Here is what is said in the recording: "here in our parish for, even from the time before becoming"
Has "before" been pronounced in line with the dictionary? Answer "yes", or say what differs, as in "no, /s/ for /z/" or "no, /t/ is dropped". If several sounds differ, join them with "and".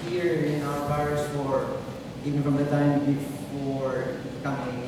yes